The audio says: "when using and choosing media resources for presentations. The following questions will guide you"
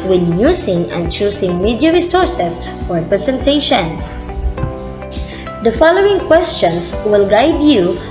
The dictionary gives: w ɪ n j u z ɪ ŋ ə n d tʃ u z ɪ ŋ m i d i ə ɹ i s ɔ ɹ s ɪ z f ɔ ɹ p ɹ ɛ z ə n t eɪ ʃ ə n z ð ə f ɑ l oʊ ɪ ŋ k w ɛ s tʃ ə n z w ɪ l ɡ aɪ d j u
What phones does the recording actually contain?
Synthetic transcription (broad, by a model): w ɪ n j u s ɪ ŋ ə n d tʃ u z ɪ ŋ m i d i ə ɹ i s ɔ ɹ s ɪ s f ɔ ɹ p ɹ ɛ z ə n t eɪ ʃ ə n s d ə f ɑ l oʊ ɪ ŋ k w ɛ s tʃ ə n s w ɪ l ɡ aɪ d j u